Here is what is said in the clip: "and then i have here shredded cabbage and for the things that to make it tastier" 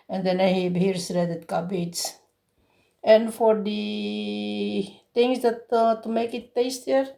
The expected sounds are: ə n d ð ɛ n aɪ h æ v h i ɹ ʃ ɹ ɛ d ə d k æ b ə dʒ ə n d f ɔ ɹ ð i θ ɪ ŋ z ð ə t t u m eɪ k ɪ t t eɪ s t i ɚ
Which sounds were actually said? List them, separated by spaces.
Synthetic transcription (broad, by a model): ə n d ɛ n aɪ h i b h i ɹ s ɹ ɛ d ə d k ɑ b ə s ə n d f ɔ ɹ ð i t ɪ ŋ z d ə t t u m eɪ k ɪ t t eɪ s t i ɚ